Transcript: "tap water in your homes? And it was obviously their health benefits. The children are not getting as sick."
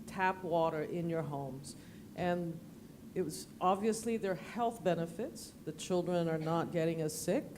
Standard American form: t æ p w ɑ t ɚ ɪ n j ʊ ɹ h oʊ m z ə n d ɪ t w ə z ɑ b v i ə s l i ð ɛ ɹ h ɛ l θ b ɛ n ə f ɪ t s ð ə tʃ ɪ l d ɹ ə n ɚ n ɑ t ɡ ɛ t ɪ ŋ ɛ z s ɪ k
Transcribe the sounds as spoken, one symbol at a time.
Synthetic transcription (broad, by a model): t æ p w ɑ t ɚ ɪ n j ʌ ɹ h oʊ m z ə n ɪ t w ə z ɑ b v i ə s l i ð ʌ ɹ h ɛ l θ b ɛ n ə f ɪ t s ð ə tʃ ɪ l d ɹ ə n ɚ n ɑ t ɡ ɛ t ɪ ŋ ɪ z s ɪ k